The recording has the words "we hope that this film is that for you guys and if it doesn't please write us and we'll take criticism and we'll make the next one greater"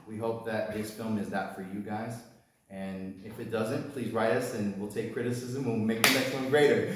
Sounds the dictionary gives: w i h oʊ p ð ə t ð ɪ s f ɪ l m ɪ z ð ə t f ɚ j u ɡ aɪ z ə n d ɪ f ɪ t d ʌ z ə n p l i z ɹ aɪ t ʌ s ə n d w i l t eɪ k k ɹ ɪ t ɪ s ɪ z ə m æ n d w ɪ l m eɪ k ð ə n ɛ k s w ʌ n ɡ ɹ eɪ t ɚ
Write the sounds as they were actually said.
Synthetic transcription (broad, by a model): w i h oʊ p ð ə t ð ɪ s f ɪ l m ɪ z ð ə t f ɚ j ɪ ɡ aɪ z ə n ɪ f ɪ t d ʌ z ə n p l i z ɹ aɪ t ʌ s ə n w i l t eɪ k k ɹ ɪ t ɪ s ɪ z ə m w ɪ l m eɪ k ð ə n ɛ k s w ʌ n ɡ ɹ eɪ t ɚ